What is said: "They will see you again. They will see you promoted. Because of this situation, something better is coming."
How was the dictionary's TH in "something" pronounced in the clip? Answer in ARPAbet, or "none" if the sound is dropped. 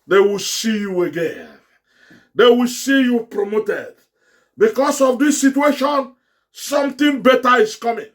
T